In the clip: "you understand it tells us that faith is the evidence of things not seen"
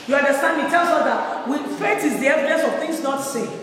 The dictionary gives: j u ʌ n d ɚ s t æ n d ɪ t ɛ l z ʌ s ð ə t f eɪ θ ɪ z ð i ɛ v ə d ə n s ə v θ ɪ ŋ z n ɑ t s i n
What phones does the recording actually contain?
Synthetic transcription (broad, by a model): j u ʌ n d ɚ s t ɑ n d ɪ t ɛ l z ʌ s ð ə t f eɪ t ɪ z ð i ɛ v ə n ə s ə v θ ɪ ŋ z n ɑ t s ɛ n